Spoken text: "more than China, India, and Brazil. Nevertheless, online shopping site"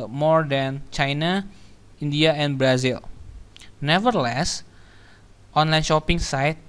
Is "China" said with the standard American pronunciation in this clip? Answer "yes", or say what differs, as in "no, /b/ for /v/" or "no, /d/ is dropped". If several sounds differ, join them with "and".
yes